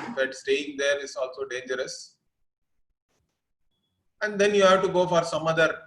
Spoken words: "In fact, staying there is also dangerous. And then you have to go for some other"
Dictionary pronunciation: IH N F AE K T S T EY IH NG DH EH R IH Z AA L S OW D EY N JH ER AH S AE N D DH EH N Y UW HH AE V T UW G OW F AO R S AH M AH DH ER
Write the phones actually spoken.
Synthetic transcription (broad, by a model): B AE T S T EY IH NG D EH R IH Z AA L S OW D EY N JH ER AH S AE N D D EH N Y UW HH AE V T UW G OW F AO R S AH M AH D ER